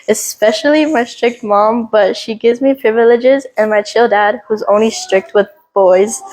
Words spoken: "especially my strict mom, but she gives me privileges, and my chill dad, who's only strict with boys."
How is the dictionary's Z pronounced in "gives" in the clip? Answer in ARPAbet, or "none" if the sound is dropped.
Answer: Z